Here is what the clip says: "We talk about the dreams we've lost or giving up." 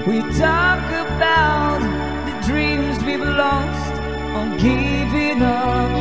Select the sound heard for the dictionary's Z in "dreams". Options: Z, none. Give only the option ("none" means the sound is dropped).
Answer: Z